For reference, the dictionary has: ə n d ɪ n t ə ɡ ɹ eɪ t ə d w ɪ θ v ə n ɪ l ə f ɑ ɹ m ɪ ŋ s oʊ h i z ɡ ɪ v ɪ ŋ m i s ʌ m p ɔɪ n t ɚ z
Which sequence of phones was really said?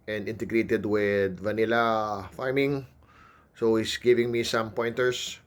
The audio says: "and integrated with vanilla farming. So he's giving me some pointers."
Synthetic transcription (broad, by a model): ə n d ɪ n t ə ɡ ɹ eɪ t ə d w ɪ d v ə n ɪ l ə f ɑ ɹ m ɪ ŋ s oʊ h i s ɡ ɪ v ɪ ŋ m i s ʌ m p ɔɪ n t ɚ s